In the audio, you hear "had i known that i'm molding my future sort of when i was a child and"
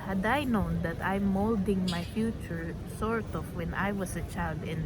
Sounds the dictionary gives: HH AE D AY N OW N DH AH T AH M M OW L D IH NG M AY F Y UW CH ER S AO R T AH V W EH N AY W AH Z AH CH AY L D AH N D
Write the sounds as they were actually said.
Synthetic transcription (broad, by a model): HH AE D AY N OW N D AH T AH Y M OW L D IH NG M AY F Y UW CH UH S AO R T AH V W EH N AY W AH S AH CH AY L D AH N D